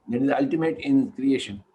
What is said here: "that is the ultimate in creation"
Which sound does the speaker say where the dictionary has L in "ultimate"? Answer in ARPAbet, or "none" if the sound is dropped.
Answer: L